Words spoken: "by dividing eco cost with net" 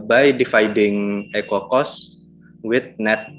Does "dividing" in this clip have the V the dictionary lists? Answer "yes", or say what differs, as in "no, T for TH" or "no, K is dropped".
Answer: no, F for V